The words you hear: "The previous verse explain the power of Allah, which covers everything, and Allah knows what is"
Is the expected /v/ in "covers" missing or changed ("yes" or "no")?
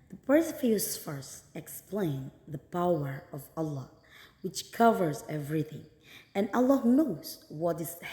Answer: no